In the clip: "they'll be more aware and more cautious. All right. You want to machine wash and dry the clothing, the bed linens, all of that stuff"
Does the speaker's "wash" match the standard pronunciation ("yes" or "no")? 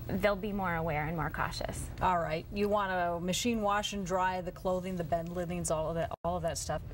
yes